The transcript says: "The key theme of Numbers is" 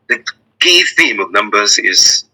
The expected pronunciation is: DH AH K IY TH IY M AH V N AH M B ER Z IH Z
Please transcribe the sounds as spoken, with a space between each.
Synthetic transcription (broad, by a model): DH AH K IY TH IY M AH V N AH M B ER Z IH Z